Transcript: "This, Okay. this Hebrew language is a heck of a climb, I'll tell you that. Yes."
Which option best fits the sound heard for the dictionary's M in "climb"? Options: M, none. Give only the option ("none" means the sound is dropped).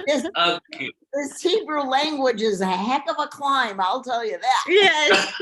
M